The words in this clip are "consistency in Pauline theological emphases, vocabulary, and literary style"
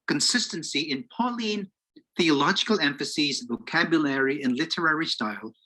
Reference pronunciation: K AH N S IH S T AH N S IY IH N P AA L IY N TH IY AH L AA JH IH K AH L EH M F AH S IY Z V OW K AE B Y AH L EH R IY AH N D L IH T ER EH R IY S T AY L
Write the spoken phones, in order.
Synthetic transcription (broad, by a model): K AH N S IH S T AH N S IY IH N P AA L IY N TH IY AH L AA JH IH K AH L EH M F AH S IY Z V OW K AE B Y AH L EH R IY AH N L IH T ER EH R IY S T AY L